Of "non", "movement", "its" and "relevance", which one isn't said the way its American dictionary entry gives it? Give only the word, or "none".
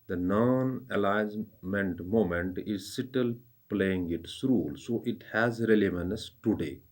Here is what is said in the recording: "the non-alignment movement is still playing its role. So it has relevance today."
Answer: movement